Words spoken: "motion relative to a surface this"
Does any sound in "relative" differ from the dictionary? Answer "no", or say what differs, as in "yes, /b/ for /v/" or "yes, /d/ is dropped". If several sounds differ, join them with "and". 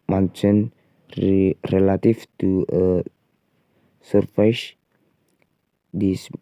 yes, /f/ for /v/